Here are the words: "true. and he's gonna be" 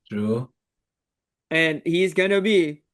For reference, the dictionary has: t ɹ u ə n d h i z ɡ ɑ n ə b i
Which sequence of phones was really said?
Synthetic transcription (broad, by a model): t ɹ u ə n h i z ɡ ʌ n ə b i